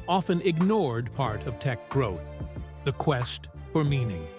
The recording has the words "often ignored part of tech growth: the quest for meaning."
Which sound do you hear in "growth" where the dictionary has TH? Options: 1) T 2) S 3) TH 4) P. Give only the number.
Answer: 3